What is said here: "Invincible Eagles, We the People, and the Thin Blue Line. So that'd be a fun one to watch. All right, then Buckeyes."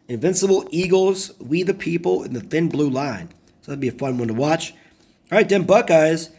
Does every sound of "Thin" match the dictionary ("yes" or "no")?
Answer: yes